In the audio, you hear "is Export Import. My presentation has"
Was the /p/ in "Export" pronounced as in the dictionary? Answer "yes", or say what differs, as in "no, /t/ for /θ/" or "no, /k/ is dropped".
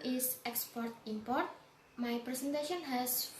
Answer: yes